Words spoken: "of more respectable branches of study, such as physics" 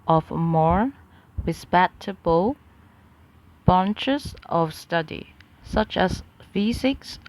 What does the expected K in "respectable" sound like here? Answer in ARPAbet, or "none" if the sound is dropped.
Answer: none